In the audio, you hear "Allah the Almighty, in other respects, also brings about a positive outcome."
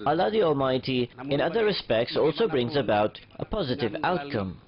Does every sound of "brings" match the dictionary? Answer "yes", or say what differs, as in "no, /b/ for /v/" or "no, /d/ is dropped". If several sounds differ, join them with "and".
yes